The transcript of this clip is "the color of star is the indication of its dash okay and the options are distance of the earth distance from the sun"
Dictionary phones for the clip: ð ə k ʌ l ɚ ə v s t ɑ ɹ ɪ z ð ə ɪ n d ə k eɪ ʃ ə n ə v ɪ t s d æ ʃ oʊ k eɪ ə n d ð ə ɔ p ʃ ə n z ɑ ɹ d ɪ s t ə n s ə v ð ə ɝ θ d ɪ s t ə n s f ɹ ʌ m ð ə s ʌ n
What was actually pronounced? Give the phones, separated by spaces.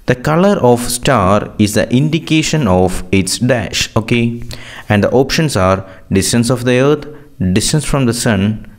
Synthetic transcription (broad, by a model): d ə k ʌ l ɚ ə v s t ɑ ɹ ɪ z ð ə ɪ n d ə k eɪ ʃ ə n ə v ɪ t s d æ ʃ oʊ k eɪ ə n d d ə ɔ p ʃ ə n s ɑ ɹ d ɪ s t ə n s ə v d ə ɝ t d ɪ s t ə n s f ɹ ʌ m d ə s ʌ n